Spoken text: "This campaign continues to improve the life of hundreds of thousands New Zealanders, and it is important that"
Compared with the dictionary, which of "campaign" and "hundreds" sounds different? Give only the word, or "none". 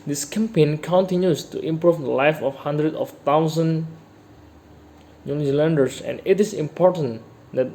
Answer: hundreds